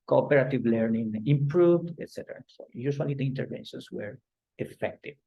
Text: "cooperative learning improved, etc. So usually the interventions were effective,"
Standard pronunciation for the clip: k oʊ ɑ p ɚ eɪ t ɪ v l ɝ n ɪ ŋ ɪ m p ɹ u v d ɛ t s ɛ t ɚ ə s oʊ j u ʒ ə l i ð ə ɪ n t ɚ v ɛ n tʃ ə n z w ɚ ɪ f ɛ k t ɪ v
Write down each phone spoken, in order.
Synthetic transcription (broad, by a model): k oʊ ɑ p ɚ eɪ t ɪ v l ɝ n ɪ ŋ ɪ m p ɹ u v d ɛ t s ɛ t ɚ ə s oʊ j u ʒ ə l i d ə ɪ n t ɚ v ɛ n ʃ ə n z w ɚ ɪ f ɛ k t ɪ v